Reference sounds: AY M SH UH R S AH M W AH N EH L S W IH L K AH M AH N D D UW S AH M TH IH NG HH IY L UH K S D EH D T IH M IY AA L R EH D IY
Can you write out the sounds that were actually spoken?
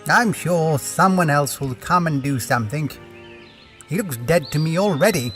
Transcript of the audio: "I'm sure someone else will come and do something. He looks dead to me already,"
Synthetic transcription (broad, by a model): AY M SH UH R S AH M W AH N EH L S W IH L K AH M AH N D D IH S AH M TH IH NG HH IY L UH K S D EH D T IH M IY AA L R EH D IY